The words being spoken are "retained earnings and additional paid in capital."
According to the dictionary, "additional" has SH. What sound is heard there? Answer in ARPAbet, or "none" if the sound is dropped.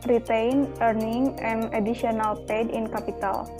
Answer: none